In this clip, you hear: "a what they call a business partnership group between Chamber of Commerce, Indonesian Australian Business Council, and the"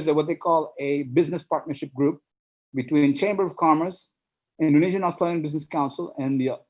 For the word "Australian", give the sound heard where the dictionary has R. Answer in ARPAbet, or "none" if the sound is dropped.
R